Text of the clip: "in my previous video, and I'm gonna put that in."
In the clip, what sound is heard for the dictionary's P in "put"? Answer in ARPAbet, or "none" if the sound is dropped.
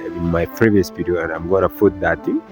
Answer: F